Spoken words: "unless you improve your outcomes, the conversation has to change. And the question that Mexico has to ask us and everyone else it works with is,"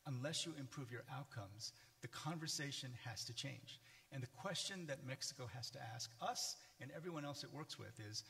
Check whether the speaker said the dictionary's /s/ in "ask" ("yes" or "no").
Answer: yes